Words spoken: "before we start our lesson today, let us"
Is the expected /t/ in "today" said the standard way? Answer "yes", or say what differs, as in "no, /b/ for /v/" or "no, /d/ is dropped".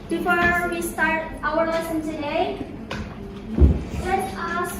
no, /s/ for /t/